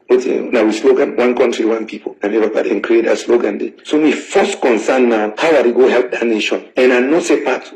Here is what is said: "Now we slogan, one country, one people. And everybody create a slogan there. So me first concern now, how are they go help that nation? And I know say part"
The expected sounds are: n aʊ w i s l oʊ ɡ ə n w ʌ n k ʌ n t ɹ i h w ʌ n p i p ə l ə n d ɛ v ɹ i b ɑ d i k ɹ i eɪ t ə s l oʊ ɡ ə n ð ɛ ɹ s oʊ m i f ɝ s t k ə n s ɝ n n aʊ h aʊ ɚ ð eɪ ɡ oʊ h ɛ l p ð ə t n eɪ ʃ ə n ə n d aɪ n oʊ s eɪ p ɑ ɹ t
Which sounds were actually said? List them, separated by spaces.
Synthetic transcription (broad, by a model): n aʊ w i s l oʊ ɡ ə n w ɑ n k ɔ n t ɹ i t w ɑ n p i p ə n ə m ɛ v i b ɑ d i k ɹ i eɪ t ə s l oʊ ɡ ə n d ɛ s oʊ m i f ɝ s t k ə n s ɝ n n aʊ h aʊ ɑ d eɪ ɡ oʊ h ɛ l p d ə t n eɪ ʃ ə n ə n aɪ n oʊ s eɪ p ɑ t